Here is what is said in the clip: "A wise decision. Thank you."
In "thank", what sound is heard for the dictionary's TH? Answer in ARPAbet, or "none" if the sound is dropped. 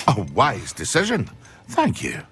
TH